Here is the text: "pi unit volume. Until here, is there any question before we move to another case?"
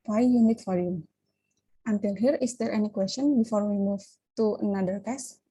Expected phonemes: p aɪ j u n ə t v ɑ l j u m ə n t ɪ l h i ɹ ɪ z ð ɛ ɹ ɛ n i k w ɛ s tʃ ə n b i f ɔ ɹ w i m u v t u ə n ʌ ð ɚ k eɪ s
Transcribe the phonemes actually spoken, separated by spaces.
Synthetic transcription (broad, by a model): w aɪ j u n ə t f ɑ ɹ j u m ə n t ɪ l h i ɹ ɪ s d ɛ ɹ ɛ n i k w ɛ s tʃ ə n b i f ɔ ɹ w i m u v t u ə n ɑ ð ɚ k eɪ s